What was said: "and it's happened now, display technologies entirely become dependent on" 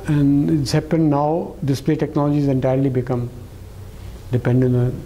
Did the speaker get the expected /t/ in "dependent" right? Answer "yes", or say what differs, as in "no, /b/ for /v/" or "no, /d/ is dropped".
no, /t/ is dropped